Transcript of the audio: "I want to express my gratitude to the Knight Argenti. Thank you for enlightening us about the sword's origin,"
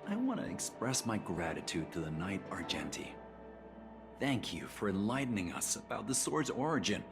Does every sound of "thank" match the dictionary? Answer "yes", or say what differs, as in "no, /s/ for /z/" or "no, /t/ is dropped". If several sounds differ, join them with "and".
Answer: yes